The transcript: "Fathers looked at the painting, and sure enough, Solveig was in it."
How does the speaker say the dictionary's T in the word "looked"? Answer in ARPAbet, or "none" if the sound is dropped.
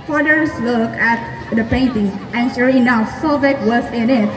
none